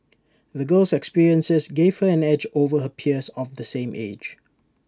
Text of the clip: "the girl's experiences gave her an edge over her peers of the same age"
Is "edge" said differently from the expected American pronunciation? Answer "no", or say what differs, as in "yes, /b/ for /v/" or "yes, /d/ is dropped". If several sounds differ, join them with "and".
no